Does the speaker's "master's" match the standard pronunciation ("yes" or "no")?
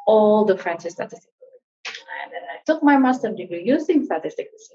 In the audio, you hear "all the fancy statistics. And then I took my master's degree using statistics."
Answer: no